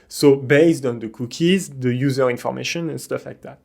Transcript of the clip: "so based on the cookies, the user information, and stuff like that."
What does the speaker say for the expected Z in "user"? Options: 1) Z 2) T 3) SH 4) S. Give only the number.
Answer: 1